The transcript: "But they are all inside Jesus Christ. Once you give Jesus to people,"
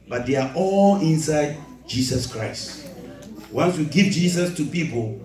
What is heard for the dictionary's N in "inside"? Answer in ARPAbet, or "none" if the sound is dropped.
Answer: N